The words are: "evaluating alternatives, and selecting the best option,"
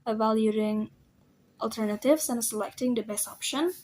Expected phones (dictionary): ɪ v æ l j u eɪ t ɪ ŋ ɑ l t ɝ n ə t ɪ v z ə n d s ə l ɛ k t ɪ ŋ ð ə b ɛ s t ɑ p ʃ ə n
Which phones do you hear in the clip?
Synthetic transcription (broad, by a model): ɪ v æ l j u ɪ ŋ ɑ l t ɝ n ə t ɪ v s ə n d s ə l ɛ k t ɪ ŋ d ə b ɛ s ɑ p ʃ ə n